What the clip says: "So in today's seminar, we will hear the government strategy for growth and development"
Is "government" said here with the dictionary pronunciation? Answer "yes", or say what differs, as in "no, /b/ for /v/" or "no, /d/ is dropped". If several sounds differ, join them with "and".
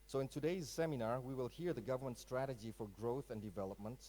yes